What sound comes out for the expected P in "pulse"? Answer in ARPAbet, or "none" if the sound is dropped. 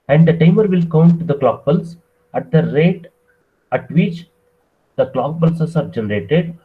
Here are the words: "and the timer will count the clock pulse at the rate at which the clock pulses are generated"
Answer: B